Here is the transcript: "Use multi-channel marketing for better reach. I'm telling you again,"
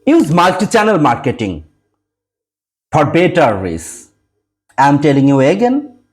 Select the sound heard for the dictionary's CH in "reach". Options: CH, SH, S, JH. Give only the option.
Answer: S